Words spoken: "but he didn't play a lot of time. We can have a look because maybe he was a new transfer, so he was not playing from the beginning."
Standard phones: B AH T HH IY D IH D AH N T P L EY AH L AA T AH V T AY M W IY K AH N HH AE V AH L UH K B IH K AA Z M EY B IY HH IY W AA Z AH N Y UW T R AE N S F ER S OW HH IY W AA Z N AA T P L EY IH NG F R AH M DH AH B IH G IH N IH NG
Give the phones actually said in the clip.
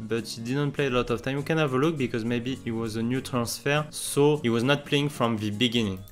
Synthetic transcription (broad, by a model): B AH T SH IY D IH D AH N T P L EY AH L AA T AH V T AY M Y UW K AH N HH AE V AH L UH K B IH K AA Z M EY B IY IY W AA Z AH N Y UW T R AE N S F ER S OW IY W AA Z N AA T P L EY IH NG F R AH M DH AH B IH G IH N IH NG